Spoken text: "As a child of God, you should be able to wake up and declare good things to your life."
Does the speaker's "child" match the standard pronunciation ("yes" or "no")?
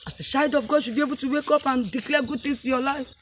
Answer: no